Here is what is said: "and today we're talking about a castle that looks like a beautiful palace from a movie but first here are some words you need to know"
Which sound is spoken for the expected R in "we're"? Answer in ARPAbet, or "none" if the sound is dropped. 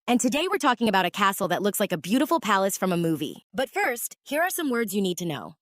R